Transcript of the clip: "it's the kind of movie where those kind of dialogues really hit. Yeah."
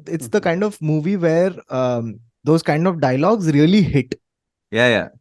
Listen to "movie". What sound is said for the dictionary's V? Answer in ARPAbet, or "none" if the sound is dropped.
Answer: V